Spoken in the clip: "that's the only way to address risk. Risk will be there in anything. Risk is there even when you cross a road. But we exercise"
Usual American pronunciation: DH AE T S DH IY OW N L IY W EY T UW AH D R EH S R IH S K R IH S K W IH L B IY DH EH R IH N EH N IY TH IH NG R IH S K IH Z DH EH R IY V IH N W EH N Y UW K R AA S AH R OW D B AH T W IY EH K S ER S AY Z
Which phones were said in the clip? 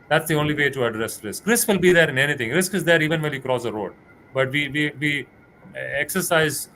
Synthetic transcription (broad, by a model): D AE T S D IY OW N L IY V EY T UW AH D R EH S R IH S K R IH S K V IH L B IY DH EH R IH N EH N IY T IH NG R IH S K IH Z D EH R IY V IH N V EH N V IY K R AA S AH R OW D B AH T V IY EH K S ER S AY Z